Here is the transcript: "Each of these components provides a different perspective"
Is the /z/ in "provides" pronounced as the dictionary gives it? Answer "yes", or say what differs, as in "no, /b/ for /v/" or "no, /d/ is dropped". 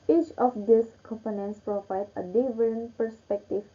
no, /z/ is dropped